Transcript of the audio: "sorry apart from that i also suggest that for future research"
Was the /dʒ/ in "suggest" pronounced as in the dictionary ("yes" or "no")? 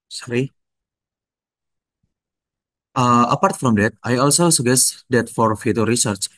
no